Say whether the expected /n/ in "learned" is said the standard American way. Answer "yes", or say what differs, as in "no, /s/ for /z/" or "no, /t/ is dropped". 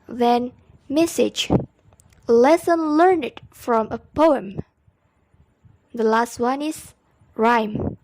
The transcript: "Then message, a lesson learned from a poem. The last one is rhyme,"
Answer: yes